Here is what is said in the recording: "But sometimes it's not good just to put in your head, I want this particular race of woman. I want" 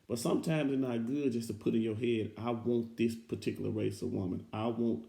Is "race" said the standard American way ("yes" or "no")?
yes